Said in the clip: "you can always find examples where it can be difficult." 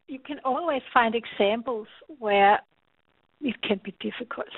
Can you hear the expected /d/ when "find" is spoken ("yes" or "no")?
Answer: yes